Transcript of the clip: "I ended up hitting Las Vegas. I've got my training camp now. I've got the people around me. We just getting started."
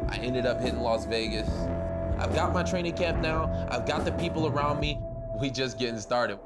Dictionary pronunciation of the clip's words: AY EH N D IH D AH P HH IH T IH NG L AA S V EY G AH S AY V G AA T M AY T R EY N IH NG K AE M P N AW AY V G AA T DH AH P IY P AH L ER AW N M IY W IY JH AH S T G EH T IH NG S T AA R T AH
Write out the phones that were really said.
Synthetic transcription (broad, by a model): AY EH N D IH D AH P HH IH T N L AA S V EY G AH S AY V G AA T M AY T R EY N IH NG K AE M P N AW AY V G AA T DH AH P IY P L ER AW N M IY W IY JH AH S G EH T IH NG S T AA R T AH